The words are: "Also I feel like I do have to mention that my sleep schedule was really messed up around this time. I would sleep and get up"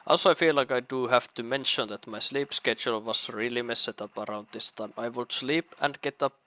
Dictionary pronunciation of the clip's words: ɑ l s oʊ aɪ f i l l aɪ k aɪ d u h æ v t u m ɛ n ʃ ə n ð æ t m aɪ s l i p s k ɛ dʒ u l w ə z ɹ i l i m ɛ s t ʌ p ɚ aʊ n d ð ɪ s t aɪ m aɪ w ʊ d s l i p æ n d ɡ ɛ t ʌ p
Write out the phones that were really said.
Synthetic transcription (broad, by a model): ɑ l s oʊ aɪ f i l l aɪ k aɪ d u h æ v t u m ɛ n ʃ ə n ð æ t m aɪ s l i p s k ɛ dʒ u l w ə s ɹ i l i m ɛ s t ʌ p ɚ aʊ n d ð ɪ s t aɪ m aɪ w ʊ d s l i p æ n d ɡ ɛ t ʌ p